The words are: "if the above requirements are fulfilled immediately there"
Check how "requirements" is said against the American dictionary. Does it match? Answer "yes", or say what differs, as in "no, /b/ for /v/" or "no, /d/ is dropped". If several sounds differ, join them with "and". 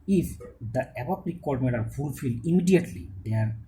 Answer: no, /s/ is dropped